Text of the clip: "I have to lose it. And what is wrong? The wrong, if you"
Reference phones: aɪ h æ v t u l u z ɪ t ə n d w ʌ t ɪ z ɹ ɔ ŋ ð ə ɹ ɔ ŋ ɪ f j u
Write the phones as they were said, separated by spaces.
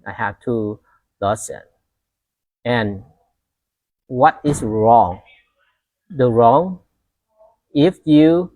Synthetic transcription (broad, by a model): aɪ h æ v t u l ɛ s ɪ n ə n w ʌ t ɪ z ɹ ɔ ŋ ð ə ɹ ɔ ŋ ɪ f j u